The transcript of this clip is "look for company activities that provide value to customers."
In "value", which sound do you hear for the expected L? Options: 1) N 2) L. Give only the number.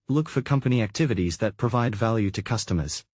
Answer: 2